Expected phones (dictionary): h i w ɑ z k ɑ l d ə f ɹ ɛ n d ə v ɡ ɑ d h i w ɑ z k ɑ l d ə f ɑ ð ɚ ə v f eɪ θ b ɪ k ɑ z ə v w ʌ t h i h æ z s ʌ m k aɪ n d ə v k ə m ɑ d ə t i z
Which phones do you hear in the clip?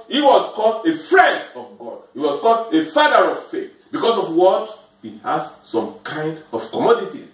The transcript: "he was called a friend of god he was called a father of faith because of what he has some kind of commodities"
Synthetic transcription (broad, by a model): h i w ɑ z k ɑ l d ə f ɹ ɛ n d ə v ɡ ɑ d h i w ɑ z k ɑ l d ə f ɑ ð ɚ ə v f eɪ θ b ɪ k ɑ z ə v w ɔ t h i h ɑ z s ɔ m k aɪ n d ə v k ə m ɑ d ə t i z